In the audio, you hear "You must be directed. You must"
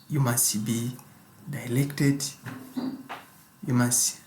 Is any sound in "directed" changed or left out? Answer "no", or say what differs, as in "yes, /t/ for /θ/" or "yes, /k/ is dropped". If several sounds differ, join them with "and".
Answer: yes, /l/ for /ɹ/